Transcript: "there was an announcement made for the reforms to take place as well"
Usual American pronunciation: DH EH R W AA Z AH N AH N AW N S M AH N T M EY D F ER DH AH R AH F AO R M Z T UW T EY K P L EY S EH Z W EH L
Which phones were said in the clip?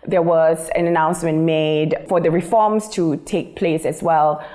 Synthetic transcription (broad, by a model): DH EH W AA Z AH N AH N AW N S M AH N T M EY D F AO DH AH R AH F AO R M S T UW T EY K P L EY S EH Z W EH L